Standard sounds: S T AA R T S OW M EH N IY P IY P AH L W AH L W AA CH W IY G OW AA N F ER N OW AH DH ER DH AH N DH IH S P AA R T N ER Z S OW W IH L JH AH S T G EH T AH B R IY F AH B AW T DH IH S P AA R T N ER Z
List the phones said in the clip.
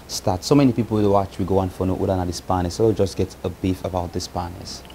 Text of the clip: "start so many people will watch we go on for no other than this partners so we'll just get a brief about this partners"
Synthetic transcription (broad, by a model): S T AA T S OW M EH N IY P IY P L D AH W AA CH W IY G OW AA N F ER N OW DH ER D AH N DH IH S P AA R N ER S OW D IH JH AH S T G EH T AH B IY F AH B AW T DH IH S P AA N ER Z